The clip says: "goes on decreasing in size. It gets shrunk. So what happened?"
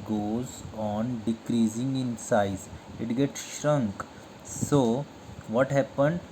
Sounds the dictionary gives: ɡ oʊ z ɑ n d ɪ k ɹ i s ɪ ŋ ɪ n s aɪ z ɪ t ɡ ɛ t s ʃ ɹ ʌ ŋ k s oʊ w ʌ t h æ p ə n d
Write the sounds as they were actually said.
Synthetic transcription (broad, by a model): ɡ oʊ z ɑ n d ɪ k ɹ i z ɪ ŋ ɪ n s aɪ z ɪ t ɡ ɛ t s ʃ ɹ ʌ ŋ k s oʊ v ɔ t h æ p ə n d